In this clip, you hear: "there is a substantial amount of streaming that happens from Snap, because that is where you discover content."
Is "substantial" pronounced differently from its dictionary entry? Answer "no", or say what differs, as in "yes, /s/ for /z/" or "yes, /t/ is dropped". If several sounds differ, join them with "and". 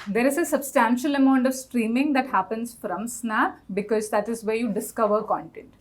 no